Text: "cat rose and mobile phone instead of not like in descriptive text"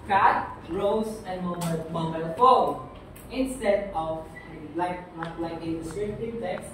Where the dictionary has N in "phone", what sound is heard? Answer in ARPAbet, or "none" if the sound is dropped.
none